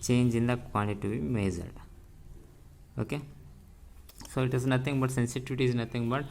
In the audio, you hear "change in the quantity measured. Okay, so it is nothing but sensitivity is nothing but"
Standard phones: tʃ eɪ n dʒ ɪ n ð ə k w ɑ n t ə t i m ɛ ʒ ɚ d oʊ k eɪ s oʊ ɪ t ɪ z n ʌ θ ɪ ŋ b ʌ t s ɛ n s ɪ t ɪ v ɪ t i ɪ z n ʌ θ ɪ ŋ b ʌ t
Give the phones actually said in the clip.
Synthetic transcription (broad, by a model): tʃ eɪ n dʒ ɪ n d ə k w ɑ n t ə t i m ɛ z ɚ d oʊ k eɪ s oʊ ɪ t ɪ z n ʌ t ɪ ŋ b ʌ t s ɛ n s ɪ t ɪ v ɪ t i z n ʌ t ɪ ŋ b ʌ t